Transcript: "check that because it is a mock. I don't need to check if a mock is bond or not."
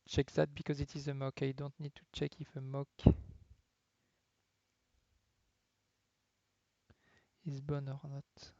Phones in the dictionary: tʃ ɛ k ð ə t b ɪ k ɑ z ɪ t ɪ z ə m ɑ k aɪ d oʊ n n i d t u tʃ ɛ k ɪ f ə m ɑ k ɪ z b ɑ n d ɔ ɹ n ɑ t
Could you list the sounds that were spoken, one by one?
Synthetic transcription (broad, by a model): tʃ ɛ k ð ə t b ɪ k ɑ z ɪ t ɪ z ə m ɑ k aɪ d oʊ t n i d t u tʃ ɛ k ɪ f ə m ɑ k ɪ z b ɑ n ɔ ɹ n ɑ t